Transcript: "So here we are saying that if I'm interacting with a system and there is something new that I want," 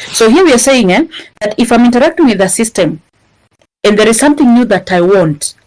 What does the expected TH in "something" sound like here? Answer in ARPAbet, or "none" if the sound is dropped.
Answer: TH